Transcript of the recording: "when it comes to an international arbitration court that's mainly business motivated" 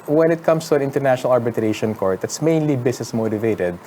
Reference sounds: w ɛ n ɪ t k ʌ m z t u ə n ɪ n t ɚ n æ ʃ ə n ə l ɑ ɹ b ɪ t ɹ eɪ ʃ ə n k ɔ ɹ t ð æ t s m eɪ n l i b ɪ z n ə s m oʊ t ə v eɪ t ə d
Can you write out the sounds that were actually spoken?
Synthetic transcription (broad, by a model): w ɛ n ɪ t k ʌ m s t u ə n ɪ n t ɚ n æ ʃ ə n ə l ɑ ɹ b ɪ t ɹ eɪ ʃ ə n k ɔ ɹ t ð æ t s m eɪ n l i b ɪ s n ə s m oʊ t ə v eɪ t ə d